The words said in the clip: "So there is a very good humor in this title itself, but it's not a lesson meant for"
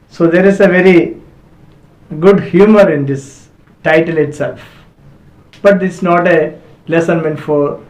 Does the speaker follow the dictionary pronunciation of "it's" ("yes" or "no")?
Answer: no